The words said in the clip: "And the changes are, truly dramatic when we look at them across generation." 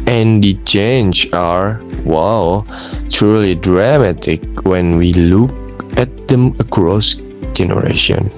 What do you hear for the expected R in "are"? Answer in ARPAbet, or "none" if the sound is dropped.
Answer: L